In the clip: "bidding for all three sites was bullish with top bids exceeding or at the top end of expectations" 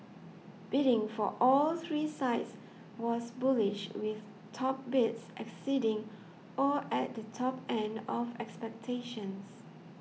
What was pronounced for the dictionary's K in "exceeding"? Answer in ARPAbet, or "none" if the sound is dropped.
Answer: K